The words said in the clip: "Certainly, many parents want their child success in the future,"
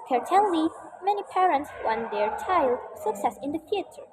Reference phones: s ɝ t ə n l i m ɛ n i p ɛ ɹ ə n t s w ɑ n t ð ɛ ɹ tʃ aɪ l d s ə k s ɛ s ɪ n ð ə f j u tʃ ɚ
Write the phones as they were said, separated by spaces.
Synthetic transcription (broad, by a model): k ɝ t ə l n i m ɛ n i p ɛ ɹ ə n t s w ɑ n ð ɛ ɹ tʃ aɪ l d s ə k s ɛ s ɪ n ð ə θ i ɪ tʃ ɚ